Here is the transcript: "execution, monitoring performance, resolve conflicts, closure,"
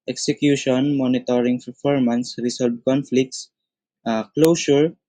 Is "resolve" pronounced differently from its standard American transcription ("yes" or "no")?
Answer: yes